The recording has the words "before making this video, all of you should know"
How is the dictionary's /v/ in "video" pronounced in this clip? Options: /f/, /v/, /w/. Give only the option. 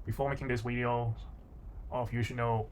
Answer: /w/